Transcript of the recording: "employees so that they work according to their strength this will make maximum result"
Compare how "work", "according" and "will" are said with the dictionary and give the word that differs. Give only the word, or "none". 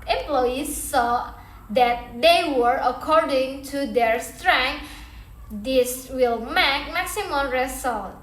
work